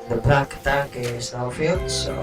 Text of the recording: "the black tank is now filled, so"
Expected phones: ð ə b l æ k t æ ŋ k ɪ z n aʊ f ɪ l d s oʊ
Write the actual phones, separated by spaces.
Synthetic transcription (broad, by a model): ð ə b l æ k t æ k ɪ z n aʊ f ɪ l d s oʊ